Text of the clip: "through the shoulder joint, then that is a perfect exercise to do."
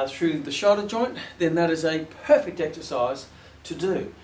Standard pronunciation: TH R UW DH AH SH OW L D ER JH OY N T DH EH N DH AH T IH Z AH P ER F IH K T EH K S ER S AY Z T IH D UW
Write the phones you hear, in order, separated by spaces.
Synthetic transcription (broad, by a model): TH R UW DH AH SH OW D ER JH OY N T DH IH N DH AH T IH Z AH P ER F IH K T EH K S ER S AY Z T IH D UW